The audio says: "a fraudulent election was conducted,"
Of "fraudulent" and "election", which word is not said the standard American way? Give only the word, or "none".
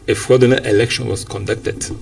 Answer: fraudulent